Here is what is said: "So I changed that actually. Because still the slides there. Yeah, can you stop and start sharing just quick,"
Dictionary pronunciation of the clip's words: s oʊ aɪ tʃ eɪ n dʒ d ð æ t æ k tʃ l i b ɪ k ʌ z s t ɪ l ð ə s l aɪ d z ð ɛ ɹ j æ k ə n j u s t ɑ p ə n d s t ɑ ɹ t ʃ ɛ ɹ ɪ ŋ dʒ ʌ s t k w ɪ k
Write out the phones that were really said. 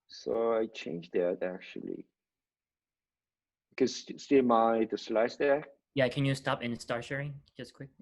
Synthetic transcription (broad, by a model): s oʊ aɪ tʃ eɪ n dʒ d ð æ t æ k tʃ i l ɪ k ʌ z s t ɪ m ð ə s l aɪ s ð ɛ j æ k ə n j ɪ s t ɑ p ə n s t ɑ ɹ ʃ ɛ ɹ ɪ ŋ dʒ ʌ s k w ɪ k